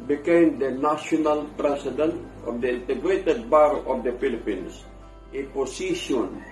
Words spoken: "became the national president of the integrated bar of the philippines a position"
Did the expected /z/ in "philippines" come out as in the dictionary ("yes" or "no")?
no